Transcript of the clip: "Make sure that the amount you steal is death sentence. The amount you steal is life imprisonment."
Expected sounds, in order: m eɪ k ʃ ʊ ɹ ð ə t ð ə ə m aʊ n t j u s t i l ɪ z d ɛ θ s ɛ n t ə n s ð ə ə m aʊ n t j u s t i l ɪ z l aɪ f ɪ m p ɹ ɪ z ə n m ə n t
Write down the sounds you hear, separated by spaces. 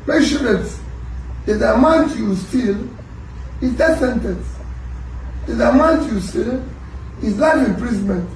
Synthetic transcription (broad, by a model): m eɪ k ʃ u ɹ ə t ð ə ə m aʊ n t j u s t i l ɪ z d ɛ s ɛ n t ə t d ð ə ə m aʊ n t j u s t i l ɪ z n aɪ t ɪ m p ɹ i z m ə n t